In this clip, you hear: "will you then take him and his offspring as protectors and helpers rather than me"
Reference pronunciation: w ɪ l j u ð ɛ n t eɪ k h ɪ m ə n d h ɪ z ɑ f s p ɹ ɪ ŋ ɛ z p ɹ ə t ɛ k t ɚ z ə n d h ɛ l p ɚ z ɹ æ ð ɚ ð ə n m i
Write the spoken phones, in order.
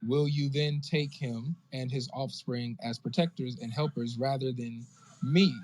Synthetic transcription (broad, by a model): w ɪ l j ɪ ð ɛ n t eɪ k h ɪ m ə n ɪ z ɑ f s p ɹ ɪ ŋ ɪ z p ɹ ə t ɛ k t ɚ z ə n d h ɛ l p ɚ z ɹ æ ð ɚ ð ə n m i